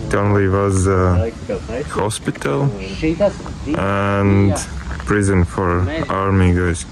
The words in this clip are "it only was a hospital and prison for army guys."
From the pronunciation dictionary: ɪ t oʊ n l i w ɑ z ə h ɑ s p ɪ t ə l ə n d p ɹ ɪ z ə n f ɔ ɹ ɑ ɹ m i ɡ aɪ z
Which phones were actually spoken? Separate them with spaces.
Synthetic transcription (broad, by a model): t oʊ n l i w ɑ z ə h ɑ s p ɪ t ə l ə n d p ɹ ɪ z ə n f ɔ ɹ ɑ ɹ m i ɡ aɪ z